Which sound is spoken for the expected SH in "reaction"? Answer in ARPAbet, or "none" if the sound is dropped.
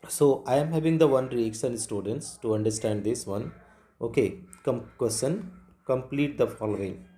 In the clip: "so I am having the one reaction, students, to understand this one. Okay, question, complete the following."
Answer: S